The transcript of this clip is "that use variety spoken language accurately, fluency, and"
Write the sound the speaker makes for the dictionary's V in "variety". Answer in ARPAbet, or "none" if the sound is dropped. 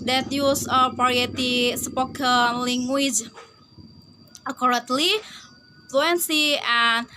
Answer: P